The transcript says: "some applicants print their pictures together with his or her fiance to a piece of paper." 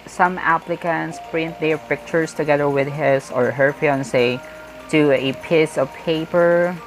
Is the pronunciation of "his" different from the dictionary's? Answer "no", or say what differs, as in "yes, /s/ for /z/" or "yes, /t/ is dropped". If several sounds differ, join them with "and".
yes, /s/ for /z/